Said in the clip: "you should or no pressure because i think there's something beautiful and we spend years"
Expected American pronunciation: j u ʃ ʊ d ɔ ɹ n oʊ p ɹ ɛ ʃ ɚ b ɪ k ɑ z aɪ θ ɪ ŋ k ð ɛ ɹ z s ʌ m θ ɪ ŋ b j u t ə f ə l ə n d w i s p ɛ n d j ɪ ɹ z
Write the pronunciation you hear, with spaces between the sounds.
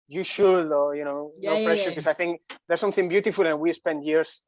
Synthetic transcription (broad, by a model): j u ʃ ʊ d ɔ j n oʊ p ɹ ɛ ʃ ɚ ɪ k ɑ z aɪ θ ɪ ŋ k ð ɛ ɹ s ʌ m θ ɪ ŋ b j u t ə f ə l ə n w i s p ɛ n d j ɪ ɹ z